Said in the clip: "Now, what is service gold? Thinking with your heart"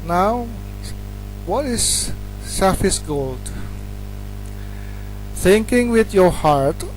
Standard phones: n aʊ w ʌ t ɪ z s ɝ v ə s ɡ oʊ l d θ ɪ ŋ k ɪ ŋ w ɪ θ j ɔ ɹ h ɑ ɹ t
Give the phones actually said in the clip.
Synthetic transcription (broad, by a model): n aʊ w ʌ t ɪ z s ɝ f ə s ɡ oʊ l d θ ɪ ŋ k ɪ ŋ w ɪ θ j ɔ ɹ h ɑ ɹ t